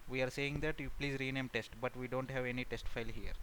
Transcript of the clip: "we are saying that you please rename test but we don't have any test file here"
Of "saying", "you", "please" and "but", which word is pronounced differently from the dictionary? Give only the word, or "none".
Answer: none